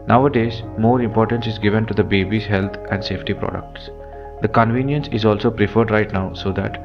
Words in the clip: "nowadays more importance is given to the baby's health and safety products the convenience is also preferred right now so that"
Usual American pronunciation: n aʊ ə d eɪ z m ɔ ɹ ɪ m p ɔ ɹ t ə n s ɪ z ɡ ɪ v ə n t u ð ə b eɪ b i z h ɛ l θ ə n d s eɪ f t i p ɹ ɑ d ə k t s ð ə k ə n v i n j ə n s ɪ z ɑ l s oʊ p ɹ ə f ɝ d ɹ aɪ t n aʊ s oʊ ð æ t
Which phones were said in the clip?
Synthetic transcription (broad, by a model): n aʊ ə d eɪ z m ɔ ɹ ɪ m p ɔ ɹ t ə n s ɪ z ɡ ɪ v ə n t u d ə b eɪ b i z h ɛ l t ə n d s eɪ f t i p ɹ ɑ d ə k t s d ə k ə n v i n j ə n s ɪ z ɑ l s oʊ p ɹ ə f ɝ d ɹ aɪ t n aʊ s oʊ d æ t